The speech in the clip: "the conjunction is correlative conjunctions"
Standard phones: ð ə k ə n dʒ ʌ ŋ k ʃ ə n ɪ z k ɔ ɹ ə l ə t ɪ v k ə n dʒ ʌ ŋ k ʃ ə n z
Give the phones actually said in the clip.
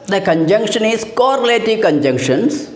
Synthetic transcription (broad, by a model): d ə k ə n dʒ ʌ ŋ k ʃ ə n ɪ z k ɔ ɹ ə l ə t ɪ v k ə n dʒ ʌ ŋ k ʃ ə n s